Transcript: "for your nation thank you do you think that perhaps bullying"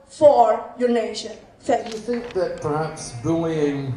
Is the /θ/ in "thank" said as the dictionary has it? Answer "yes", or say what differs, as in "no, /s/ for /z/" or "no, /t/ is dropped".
no, /s/ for /θ/